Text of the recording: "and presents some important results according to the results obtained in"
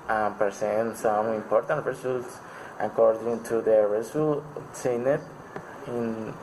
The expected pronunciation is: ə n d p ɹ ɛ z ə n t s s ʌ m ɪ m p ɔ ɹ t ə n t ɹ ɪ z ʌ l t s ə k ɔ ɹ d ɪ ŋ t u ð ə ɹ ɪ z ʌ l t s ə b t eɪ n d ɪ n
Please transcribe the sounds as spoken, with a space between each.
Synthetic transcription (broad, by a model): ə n p ɛ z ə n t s s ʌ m ɪ m p ɔ ɹ t ə n t ɹ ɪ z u l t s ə k ɔ ɹ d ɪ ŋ t u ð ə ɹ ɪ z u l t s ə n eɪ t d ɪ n